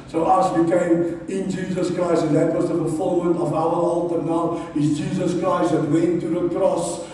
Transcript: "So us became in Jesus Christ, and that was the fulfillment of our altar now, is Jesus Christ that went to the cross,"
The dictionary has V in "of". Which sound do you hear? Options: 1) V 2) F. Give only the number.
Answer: 1